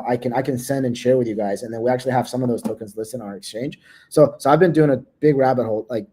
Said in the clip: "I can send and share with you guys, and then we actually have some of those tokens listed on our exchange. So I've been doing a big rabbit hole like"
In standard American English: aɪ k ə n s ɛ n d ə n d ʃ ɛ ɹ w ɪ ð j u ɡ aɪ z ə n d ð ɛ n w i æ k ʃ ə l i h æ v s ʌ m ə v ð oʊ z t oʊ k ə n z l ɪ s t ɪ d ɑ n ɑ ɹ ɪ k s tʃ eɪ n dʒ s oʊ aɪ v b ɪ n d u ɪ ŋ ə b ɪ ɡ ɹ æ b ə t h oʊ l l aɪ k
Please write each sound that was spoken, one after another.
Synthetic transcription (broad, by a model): aɪ k ə n s ɛ n d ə n ʃ ɛ ɹ w ɪ ð j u ɡ aɪ z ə n ð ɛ n w i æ k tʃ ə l i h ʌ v s ʌ m ə v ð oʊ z t oʊ k ə n z l ɪ s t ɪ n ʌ ɹ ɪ k s tʃ eɪ n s s oʊ aɪ v b ɪ n d u ɪ ŋ ə b ɪ ɡ ɹ æ b ə t h oʊ l l aɪ k